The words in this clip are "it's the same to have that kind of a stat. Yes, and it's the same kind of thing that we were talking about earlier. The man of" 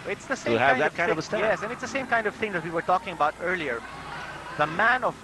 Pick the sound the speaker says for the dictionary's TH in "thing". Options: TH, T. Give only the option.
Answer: TH